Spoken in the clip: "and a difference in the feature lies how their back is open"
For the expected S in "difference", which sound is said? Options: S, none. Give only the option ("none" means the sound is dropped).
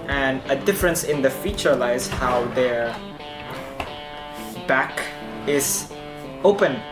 S